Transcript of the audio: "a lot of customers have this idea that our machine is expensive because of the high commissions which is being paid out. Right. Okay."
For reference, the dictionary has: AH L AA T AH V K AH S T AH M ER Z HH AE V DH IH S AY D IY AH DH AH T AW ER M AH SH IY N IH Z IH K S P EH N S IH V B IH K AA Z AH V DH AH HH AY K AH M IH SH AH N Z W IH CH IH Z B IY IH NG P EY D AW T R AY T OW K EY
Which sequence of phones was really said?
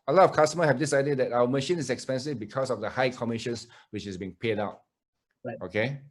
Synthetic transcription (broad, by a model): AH L AA T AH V K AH S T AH M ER HH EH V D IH S AY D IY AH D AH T AW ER M AH SH IY N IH S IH K S P EH N S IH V B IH K AA S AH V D AH HH AY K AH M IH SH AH N S W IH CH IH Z B IY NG P EY D AW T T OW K EY